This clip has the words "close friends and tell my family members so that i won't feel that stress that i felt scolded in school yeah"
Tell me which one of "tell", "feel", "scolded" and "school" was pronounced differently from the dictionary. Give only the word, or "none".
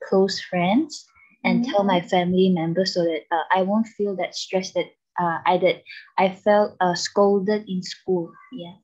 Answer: none